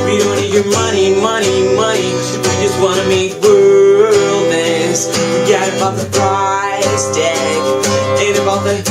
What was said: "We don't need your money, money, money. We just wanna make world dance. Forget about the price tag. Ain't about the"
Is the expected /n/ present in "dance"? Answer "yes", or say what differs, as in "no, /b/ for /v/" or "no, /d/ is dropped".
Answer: no, /n/ is dropped